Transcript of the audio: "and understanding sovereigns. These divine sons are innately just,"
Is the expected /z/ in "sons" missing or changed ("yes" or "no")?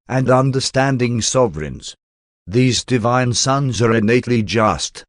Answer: no